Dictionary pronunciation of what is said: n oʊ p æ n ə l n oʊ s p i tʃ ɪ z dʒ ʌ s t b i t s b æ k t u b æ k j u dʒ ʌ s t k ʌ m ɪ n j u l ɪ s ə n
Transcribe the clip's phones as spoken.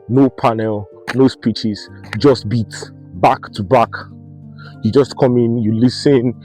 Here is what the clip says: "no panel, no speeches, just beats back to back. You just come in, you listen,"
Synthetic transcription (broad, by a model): n oʊ p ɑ n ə l n oʊ s p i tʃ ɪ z dʒ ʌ s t b i t b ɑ k t u b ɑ k j u dʒ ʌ s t k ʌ m ɪ n j u l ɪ s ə n